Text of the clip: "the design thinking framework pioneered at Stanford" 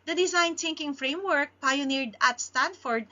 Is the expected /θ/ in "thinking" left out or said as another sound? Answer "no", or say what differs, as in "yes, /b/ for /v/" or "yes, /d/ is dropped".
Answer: yes, /t/ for /θ/